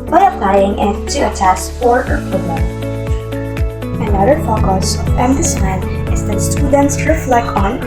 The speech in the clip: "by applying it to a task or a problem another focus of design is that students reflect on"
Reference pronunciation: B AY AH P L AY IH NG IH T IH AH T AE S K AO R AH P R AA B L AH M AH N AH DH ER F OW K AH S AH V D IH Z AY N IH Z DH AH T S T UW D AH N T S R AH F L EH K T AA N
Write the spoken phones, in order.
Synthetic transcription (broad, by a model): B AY AH P L AY IH NG IH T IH AH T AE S AO R AH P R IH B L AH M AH N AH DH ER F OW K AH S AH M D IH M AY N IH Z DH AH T S T UW D AH N T S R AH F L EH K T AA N